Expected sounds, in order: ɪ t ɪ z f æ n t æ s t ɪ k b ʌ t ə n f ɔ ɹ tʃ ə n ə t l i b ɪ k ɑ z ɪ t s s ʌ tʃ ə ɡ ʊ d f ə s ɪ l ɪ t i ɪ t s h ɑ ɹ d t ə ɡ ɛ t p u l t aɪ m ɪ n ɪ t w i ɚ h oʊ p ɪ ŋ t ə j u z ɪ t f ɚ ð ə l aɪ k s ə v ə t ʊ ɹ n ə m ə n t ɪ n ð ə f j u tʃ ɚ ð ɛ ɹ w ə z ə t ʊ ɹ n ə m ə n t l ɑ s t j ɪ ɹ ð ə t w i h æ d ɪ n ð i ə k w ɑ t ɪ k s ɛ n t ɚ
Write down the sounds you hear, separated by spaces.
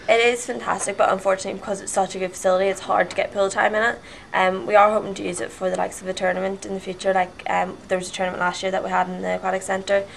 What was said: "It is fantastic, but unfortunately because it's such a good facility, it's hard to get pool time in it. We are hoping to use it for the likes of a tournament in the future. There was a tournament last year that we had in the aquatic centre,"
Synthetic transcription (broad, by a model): ɪ t ɪ z f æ n t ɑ s t ɪ k b ʌ t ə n f ɔ ɹ tʃ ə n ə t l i b ɪ k ɑ z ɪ t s s ʌ tʃ ə ɡ ʊ d f ə s ɪ l ɪ t i ɪ t s h ɑ ɹ d t ə ɡ ɛ t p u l t aɪ m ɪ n ɪ t w i ɚ h oʊ p ɪ ŋ t ə j u z ɪ t f ɚ ð ə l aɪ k s ə v ə t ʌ ɹ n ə m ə n t ɪ n ð ə f j u tʃ ɚ ð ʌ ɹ w ə z ə t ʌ ɹ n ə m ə n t l ɑ s t j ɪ ɹ ð ə t w i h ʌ d ɪ n ð i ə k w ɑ t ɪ k s ɛ n t ɚ